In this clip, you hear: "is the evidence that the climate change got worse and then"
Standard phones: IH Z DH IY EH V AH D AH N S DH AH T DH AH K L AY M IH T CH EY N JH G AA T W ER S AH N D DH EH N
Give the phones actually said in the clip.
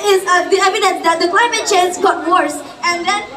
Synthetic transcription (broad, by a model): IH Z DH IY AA AH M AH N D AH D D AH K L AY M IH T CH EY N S G AA T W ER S AH N D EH N